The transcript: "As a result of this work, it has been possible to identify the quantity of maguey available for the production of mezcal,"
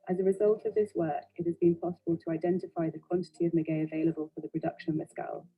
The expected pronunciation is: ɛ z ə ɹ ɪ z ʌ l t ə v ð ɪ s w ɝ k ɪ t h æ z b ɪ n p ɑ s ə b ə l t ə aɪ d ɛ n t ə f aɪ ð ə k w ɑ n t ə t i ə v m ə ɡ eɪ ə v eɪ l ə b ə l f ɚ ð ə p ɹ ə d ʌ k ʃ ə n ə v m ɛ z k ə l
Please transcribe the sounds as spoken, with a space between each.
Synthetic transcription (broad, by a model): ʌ z ə ɹ ɪ z ʌ l t ə v ð ɪ s w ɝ k ɪ t h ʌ z b ɪ n p ɑ s ə b ə l t ə aɪ d ɛ n t ə f aɪ ð ə k w ɑ n t ə t i ə v m ə ɡ eɪ ə v eɪ l ə b ə l f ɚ ð ə p ɹ ə d ʌ k ʃ ə n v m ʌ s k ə l